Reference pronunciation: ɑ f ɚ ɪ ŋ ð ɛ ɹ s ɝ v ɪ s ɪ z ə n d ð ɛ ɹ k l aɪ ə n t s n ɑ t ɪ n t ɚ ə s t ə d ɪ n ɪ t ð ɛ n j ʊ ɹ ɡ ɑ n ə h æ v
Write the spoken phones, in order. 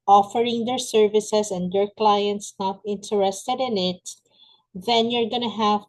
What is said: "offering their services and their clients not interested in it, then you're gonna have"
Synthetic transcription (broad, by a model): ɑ f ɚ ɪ ŋ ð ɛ ɹ s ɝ v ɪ s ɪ s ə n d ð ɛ ɹ k l aɪ ə n t s n ɑ t ɪ n t ɚ ə s t ə d ɪ n ɪ t ð ɛ n j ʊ ɹ ɡ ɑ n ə h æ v